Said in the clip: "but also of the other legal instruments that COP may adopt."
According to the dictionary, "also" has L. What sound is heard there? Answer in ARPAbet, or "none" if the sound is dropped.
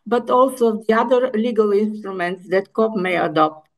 L